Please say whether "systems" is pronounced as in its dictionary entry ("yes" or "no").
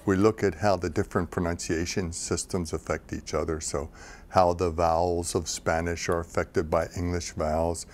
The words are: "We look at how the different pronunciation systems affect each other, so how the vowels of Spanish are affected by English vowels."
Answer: yes